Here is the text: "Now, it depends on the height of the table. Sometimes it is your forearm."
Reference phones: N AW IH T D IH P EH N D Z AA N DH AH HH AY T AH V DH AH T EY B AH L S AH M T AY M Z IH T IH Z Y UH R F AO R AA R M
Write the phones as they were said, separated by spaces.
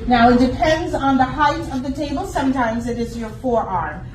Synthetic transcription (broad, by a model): N AW IH T D IH P EH N D Z N DH AH HH AY T AH V DH AH T EY B AH L S AH M T AY M Z IH T IH Z Y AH R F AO R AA R M